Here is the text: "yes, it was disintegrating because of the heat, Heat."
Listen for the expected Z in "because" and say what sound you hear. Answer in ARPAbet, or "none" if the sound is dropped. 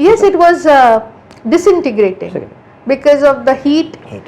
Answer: Z